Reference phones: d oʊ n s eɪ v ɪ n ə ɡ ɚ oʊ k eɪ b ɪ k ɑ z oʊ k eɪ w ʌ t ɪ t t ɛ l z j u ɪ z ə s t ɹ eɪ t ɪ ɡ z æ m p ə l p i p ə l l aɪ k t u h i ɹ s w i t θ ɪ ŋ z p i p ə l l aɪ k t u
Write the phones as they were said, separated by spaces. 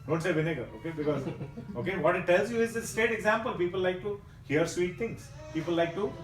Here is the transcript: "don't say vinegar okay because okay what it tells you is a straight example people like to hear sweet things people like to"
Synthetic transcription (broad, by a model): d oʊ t s eɪ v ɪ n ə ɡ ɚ oʊ k eɪ b ɪ k ɑ z oʊ k eɪ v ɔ t ɪ t t ɛ l z j u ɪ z ə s t eɪ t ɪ ɡ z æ m p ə l p i p ə l l aɪ k t u h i ɹ s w i t t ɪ ŋ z p i p ə l l aɪ k t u